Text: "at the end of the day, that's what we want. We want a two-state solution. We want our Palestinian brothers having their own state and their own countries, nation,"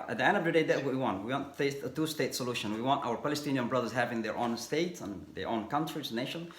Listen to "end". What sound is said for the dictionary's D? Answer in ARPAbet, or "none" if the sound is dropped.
D